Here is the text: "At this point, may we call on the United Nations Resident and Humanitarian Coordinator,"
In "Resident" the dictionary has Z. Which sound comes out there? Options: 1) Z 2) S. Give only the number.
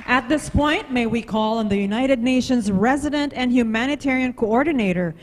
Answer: 1